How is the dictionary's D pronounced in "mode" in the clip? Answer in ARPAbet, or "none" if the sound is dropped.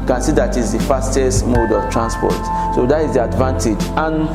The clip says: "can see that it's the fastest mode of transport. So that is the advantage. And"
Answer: D